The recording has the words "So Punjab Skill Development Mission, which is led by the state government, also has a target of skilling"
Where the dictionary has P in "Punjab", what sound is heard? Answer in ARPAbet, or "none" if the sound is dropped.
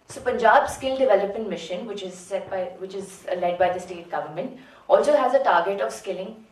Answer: P